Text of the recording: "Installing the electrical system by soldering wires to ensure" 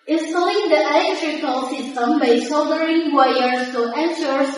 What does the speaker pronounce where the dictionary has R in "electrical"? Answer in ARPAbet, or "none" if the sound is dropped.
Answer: R